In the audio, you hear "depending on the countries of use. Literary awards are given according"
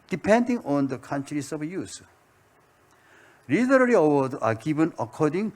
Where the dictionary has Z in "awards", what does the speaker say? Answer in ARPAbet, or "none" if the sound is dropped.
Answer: none